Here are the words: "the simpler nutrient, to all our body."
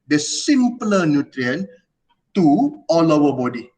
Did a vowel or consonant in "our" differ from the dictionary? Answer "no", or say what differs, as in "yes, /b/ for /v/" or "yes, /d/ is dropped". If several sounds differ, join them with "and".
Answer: yes, /w/ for /ɹ/